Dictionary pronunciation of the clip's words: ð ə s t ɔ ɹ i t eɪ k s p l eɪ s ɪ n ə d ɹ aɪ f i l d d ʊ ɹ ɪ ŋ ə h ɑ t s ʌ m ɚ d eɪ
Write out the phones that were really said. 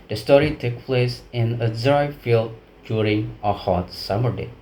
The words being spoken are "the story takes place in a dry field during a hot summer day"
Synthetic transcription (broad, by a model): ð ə s t ɔ ɹ i t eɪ k p l eɪ s ɪ n ə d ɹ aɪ f i l d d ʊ ɹ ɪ ŋ ə h ɑ t s ʌ m ɚ d eɪ